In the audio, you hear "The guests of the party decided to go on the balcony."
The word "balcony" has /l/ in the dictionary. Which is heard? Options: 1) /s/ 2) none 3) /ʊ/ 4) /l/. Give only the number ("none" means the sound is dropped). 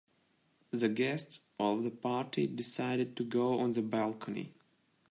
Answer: 4